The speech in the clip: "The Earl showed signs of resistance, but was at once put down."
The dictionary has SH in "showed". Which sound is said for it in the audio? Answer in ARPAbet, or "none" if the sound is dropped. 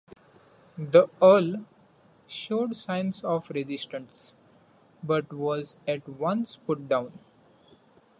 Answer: SH